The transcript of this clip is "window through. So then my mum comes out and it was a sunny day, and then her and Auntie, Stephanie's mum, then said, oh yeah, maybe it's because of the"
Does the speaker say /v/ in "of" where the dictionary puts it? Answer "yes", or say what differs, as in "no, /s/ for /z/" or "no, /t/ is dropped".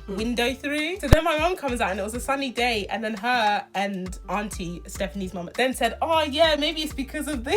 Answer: yes